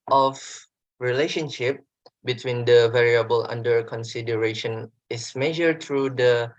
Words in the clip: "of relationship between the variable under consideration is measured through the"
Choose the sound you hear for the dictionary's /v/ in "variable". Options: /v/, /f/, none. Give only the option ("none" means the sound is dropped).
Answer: /v/